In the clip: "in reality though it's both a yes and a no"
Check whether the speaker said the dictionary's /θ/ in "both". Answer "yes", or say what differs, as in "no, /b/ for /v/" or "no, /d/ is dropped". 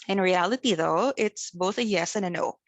yes